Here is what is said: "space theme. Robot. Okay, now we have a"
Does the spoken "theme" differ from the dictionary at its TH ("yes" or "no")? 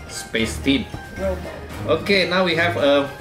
yes